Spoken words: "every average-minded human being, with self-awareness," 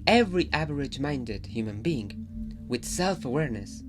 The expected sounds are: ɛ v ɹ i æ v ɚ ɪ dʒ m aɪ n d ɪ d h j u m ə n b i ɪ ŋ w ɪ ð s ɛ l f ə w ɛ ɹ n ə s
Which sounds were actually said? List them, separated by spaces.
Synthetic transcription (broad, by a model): ɛ v ɹ i æ v ɚ ɪ dʒ m aɪ n d ɪ d h j u m ə n b i ɪ ŋ w ɪ ð s ɛ l f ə w ɛ ɹ n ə s